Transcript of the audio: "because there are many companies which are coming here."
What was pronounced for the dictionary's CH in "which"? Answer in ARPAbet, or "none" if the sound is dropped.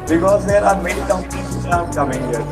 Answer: none